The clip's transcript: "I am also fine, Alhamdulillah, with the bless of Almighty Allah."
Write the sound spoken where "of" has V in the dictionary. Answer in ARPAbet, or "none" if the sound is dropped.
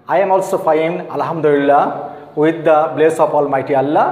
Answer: P